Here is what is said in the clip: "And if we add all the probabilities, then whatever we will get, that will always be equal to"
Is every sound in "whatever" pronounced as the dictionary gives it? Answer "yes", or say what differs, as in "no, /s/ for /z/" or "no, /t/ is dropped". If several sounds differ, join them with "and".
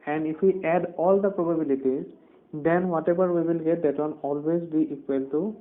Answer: no, /b/ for /v/